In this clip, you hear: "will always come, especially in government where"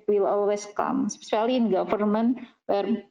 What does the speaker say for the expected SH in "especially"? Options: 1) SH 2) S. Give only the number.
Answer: 2